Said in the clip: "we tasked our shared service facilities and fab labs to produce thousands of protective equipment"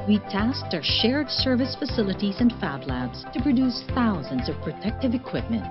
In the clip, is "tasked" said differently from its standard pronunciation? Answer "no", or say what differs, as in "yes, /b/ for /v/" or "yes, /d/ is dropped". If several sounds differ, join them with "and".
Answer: no